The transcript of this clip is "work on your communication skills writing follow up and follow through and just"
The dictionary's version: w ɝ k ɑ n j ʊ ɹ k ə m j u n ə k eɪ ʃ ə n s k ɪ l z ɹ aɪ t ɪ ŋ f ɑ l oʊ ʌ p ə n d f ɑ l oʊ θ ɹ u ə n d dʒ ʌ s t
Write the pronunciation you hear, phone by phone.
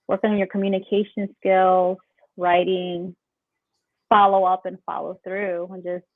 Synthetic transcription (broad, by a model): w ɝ k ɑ n j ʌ ɹ k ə m j u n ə k eɪ ʃ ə n s k ɪ l z ɹ aɪ t ɪ ŋ f ɑ l oʊ ʌ p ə n f ɑ l oʊ θ ɹ u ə n dʒ ʌ s t